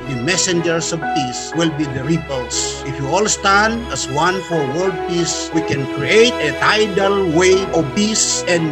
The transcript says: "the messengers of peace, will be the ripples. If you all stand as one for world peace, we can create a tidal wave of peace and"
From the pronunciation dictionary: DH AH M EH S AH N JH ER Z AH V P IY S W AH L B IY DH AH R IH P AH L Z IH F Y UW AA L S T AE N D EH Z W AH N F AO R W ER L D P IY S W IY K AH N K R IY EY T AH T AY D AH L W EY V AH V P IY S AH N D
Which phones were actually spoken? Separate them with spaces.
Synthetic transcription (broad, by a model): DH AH M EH S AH N JH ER S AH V P IY S W AH L B IY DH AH R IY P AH L S IH F Y UW AA L S T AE N D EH S W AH N F AO R W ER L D P IY S W IY K AH N K R IY EY T AH T AY D AH L W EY AH P IY S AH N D